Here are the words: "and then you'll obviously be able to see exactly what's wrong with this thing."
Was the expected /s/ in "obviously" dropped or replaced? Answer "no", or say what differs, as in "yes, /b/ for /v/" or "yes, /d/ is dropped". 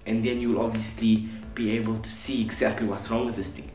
no